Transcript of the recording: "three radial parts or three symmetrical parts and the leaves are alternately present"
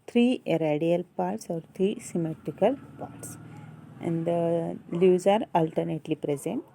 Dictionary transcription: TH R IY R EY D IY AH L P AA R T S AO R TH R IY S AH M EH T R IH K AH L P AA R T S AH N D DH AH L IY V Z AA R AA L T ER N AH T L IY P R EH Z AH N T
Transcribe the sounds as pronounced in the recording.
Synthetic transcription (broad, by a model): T R IY R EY D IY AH L P AA R T S AO R T R IY S AH M EH T R IH K AH L P AA R T S AH N D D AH L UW Z AA R AA L T ER N AH T L IY P R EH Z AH N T